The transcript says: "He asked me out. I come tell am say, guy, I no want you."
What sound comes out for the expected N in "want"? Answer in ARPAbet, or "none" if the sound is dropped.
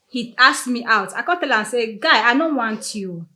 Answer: N